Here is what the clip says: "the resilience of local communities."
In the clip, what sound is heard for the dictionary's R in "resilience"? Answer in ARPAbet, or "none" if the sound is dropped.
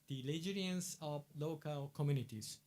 L